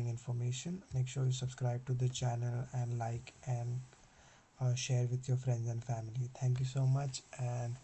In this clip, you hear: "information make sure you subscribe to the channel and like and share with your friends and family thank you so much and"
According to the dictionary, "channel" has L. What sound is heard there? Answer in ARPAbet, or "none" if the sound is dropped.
L